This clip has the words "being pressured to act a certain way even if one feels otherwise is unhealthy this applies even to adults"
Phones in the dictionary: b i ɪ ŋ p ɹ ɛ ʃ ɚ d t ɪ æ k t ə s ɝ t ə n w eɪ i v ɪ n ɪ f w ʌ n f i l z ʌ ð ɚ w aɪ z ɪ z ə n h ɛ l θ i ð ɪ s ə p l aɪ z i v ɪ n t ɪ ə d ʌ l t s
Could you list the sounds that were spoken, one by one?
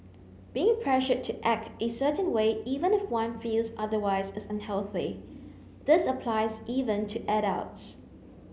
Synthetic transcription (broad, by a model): b i ɪ ŋ p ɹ ɛ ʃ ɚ t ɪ æ k t ə s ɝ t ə n w eɪ i v ɪ n ɪ f w ʌ n f i l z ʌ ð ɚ w aɪ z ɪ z ə n h ɛ l θ i ð ɪ s ə p l aɪ z i v ɪ n t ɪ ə d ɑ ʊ t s